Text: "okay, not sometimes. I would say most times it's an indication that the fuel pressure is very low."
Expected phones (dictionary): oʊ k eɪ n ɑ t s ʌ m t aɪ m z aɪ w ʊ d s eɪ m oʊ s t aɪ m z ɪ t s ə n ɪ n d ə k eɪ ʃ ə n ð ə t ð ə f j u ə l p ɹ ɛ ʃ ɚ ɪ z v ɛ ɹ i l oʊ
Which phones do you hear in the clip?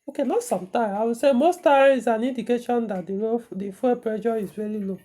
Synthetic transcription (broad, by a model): oʊ k eɪ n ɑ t s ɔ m t aɪ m aɪ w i s eɪ m oʊ s t aɪ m ɪ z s ə n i n d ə k eɪ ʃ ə n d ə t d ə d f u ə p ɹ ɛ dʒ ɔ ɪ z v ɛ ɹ i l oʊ